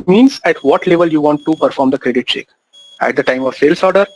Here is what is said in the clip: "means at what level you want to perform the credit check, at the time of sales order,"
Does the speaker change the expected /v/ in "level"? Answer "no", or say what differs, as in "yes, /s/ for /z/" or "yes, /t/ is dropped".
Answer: no